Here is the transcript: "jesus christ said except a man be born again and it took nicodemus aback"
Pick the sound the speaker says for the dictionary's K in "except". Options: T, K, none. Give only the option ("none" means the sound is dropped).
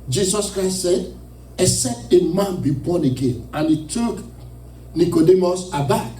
none